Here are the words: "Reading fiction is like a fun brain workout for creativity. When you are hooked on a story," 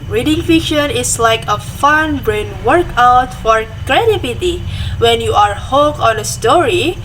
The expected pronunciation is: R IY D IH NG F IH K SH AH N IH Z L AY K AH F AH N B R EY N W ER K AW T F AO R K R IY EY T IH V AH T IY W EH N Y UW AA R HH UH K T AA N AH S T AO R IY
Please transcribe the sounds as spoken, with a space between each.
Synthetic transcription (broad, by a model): R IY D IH NG F IH K SH AH N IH S L AY K AH F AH N B R EY N W ER K AW T F AO R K R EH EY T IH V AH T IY W EH N Y UW AA R HH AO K AA N AH S T AO R IY